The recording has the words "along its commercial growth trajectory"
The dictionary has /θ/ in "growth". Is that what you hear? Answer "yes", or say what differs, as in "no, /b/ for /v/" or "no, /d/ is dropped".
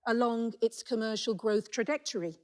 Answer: yes